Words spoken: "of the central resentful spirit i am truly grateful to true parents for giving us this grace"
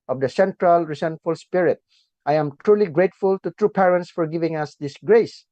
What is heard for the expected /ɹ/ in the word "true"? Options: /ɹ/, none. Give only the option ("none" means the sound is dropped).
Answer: /ɹ/